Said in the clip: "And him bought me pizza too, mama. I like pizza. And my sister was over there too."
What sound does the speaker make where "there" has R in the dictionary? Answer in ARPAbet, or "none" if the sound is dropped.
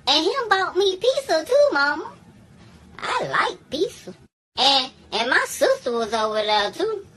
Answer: L